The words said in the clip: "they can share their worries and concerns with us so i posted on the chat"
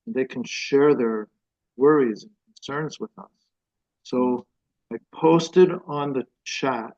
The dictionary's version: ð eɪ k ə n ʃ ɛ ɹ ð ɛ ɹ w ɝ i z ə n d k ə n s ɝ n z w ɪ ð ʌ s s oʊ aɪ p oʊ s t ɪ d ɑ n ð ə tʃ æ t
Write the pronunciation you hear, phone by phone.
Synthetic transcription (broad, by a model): ð eɪ k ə n ʃ ɛ ɹ ð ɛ ɹ w ɝ i z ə n k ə n s ɝ n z w ɪ ð ʌ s s oʊ aɪ p oʊ s t ɪ d n ð ə tʃ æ t